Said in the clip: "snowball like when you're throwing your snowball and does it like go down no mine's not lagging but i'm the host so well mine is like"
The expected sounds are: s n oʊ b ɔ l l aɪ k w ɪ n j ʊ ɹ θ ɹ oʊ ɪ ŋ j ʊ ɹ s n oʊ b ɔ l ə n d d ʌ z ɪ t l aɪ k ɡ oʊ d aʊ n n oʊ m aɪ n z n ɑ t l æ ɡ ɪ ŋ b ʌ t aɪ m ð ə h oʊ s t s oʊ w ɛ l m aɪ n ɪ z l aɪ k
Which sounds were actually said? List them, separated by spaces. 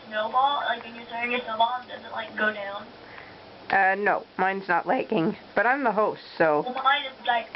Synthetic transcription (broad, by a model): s n oʊ b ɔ l l aɪ k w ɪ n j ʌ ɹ s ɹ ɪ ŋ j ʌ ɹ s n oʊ ʊ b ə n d d ʌ z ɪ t l aɪ k ɡ oʊ d aʊ n n oʊ m aɪ n z n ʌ t l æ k ɪ ŋ b ʌ t aɪ m ð ə h oʊ s t s oʊ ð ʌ m aɪ n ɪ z l aɪ k